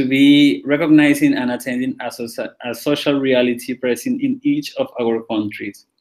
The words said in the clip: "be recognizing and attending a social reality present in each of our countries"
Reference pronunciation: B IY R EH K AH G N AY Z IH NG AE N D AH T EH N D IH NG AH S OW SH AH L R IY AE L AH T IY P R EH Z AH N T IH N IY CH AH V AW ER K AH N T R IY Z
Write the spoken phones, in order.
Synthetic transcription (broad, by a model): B IY R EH K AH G N AY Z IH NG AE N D AH T EH N D IH NG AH S OW SH AH L R IY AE L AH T IY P R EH S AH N IH N IY CH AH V AW ER K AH N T R IY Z